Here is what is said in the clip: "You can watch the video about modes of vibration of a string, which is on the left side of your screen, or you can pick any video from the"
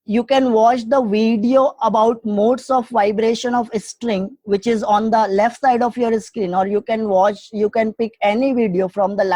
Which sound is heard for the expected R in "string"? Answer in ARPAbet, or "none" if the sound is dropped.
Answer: R